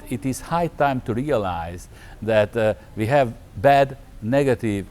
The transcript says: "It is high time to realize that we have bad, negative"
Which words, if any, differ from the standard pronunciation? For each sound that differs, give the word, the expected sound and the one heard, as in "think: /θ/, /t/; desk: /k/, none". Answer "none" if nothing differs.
none